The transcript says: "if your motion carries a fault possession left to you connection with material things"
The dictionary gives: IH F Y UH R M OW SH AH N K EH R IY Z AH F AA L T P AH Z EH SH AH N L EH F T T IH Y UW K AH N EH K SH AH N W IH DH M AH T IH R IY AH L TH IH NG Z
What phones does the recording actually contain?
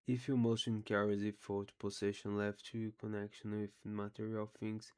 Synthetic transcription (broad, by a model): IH F Y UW M OW SH AH N K EH R IY Z AH F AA T P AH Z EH SH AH N L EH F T T IH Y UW K AH N EH K SH AH N W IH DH M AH T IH R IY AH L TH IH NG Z